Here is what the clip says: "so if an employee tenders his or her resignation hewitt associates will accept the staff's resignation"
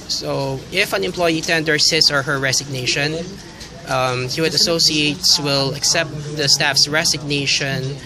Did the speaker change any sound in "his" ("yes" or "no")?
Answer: yes